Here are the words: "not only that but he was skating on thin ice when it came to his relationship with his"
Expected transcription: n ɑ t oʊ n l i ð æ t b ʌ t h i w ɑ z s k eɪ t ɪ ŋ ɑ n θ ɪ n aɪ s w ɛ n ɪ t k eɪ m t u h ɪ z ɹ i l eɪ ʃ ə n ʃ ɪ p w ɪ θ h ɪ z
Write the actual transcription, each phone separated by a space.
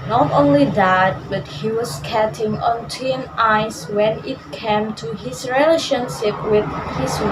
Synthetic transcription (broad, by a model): n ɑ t oʊ n l i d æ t b ʌ t h i w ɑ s k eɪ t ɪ ŋ ɑ n t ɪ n aɪ s w ɛ n ɪ t k eɪ m t u h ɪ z ɹ i l eɪ ʃ ə n ʃ ɪ p w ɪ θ h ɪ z